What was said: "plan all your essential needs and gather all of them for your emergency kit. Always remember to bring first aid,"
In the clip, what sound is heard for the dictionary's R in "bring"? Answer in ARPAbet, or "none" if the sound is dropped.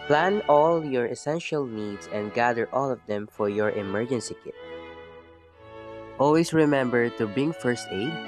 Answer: none